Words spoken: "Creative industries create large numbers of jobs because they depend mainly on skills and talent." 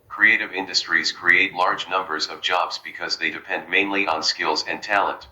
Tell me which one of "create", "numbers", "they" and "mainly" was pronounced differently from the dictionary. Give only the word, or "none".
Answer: none